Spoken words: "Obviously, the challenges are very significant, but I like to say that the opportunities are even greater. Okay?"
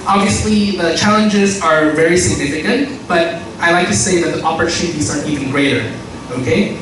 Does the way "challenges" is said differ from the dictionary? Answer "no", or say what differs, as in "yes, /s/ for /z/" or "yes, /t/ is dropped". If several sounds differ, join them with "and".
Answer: no